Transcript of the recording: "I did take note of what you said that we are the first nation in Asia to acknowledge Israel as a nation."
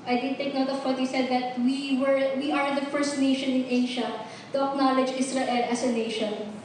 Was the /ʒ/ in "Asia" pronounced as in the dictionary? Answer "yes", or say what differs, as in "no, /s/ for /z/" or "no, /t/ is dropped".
no, /ʃ/ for /ʒ/